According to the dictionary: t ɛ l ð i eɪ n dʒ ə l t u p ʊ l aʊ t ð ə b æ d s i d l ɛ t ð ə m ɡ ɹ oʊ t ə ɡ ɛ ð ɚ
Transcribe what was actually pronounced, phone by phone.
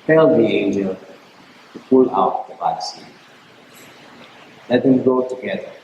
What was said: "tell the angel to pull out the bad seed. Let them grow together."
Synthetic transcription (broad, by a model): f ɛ l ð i eɪ n dʒ ə l t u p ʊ l aʊ t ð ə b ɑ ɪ s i l ɛ t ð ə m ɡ oʊ t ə ɡ ɛ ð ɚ